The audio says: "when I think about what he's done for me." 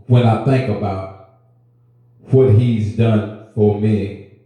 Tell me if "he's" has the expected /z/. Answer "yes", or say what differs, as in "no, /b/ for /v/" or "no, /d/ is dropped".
yes